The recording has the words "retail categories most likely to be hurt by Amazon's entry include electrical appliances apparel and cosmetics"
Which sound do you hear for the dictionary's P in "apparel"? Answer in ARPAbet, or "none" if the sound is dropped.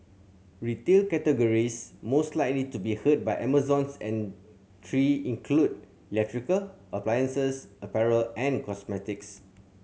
P